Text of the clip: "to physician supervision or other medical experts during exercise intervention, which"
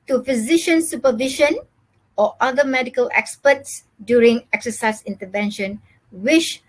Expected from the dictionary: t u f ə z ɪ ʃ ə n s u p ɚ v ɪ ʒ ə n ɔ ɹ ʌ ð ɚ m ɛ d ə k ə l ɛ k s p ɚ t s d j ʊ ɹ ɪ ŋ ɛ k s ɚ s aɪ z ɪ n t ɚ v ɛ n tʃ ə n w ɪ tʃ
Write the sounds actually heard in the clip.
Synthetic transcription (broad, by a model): t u f ə z ɪ ʃ ə n s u p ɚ v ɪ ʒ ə n ɔ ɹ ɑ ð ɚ m ɛ d ə k ə l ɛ k s p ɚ t s d j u ɹ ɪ ŋ ɛ k s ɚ s aɪ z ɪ n t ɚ v ɛ n ʃ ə n w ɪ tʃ